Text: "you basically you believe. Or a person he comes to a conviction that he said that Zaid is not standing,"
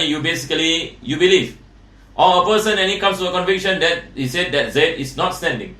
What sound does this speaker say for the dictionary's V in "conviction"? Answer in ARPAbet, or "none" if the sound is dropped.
V